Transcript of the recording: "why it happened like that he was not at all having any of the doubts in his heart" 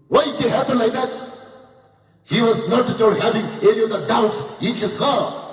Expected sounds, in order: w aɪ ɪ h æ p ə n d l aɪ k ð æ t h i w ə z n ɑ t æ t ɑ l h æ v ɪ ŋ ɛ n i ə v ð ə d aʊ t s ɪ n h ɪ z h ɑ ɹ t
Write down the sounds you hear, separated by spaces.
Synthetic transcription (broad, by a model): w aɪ ɪ h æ p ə n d l aɪ k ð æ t h i w ə z n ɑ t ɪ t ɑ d h æ v ɪ ŋ ɛ n i ə v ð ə d aʊ t s ɪ n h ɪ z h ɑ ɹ